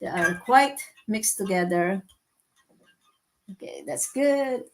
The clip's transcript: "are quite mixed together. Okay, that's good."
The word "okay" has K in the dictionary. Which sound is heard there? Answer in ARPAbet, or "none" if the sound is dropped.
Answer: K